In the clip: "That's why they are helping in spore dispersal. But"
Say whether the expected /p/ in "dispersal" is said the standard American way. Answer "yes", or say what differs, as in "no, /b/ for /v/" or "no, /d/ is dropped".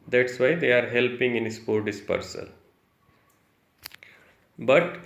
yes